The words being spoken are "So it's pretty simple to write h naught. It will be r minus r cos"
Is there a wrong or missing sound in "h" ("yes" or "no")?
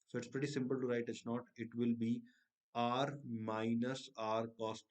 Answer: yes